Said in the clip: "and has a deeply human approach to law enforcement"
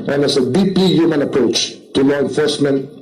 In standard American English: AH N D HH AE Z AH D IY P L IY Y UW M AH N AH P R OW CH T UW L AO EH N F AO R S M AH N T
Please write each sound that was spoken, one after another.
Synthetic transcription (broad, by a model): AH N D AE S AH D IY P IY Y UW M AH N AH P R OW CH T UW L AO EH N F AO R S M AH N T